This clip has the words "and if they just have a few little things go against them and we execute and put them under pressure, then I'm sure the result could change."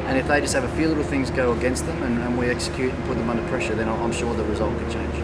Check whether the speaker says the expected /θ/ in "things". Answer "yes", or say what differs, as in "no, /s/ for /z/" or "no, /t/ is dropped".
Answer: yes